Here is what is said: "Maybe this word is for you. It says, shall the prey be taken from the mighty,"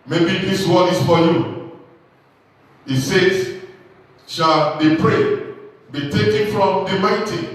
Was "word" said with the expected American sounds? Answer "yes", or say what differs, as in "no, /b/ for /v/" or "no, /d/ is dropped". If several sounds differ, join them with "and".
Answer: no, /d/ is dropped